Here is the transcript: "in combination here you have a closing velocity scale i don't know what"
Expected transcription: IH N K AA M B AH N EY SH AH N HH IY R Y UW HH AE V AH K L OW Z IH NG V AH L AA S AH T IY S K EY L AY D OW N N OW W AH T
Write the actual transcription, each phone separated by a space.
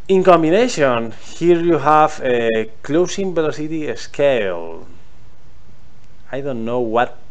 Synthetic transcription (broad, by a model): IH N K AA M B AH N EY SH AH N HH IY R Y UW HH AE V AH K L OW S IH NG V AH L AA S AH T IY S K EY L AY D OW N N OW W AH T